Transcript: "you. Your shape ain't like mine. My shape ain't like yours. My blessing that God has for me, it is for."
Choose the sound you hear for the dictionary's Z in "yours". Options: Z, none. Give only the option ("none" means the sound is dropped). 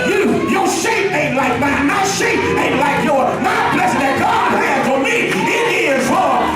none